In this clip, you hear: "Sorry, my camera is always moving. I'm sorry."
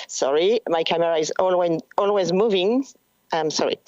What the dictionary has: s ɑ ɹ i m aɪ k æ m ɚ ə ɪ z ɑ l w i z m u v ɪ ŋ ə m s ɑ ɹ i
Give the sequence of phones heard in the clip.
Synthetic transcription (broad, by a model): s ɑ ɹ i m aɪ k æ m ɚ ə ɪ z ɑ l w i z m u v ɪ ŋ ə m s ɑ ɹ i